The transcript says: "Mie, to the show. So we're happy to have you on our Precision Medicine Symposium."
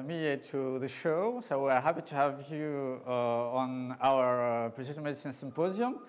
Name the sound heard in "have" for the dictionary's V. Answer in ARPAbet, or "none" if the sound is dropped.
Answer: V